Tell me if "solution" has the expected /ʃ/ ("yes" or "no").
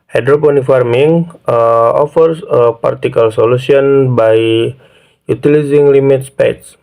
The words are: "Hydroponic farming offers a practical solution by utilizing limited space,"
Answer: no